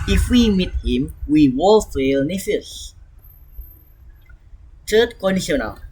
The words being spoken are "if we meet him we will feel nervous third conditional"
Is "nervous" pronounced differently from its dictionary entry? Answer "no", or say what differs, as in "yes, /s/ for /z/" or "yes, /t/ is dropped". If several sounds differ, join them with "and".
yes, /f/ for /v/